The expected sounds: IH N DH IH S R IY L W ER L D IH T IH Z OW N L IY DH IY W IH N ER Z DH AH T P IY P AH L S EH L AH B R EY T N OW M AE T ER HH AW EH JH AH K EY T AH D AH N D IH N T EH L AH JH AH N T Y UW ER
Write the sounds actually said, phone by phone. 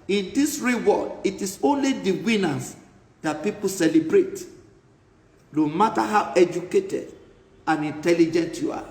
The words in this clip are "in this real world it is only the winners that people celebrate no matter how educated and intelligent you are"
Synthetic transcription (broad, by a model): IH N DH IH S R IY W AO D IH T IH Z OW N L IY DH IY W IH N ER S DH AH T P IY P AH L S EH L AH B R EY T N OW M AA T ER HH AW EH JH AH K EY T AH D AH N IH N T EH L AH JH AH N T Y UW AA